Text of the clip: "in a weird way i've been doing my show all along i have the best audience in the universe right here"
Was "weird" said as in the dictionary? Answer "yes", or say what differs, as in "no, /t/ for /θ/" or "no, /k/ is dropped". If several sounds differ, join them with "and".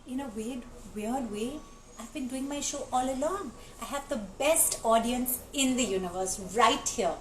no, /w/ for /ɹ/